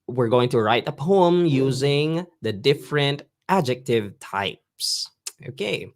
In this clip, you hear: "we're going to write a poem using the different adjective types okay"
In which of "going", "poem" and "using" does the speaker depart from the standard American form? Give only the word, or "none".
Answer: none